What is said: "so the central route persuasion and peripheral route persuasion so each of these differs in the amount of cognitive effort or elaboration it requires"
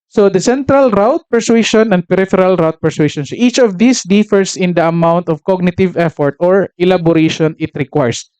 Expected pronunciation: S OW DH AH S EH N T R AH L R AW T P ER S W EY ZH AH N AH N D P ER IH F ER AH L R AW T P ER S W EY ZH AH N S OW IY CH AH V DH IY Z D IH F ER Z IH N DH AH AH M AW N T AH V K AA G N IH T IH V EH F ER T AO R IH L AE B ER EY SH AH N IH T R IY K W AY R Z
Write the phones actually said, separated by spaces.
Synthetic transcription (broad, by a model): S OW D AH S EH N T R AH L R AW T P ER S W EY SH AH N AH N D P ER IH F ER AH L R AW T P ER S W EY SH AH N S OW IY CH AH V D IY S D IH F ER S IH N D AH AH M AW N T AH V K AA G N IH T IH V EH F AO T AO R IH L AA B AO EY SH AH N IH T R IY K W AY R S